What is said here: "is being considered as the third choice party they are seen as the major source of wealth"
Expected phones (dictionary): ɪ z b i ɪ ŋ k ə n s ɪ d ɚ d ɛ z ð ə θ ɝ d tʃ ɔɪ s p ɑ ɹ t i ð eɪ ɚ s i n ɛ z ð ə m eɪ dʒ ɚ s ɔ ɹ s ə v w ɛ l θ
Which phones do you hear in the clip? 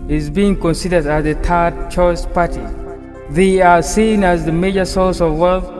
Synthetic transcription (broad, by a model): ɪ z b i ɪ ŋ k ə n s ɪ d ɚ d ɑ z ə t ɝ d tʃ ɔɪ s p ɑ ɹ t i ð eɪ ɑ s i n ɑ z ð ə m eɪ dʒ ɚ s ɔ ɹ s ə v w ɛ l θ